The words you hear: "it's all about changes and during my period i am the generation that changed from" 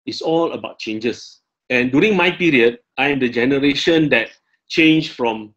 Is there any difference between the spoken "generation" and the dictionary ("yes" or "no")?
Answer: no